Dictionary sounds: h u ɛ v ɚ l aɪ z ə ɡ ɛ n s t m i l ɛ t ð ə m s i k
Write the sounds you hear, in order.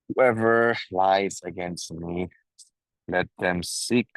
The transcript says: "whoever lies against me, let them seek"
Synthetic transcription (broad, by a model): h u ɛ v ɚ l aɪ z ə ɡ ɛ n s t m i l ɛ t ð ə m s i k